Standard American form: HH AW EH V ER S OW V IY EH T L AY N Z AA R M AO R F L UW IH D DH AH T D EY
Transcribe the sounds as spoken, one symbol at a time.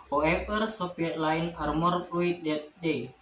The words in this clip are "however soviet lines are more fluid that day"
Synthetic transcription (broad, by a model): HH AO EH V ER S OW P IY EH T L AY N AA R M AO R P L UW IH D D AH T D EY